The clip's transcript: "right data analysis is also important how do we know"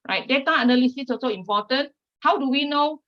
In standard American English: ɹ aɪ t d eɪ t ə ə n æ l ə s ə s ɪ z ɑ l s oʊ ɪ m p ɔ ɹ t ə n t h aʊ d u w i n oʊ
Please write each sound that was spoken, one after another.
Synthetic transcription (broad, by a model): ɹ aɪ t d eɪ t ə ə n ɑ l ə s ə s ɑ s oʊ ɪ m p ɔ t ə n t h aʊ d u w i n oʊ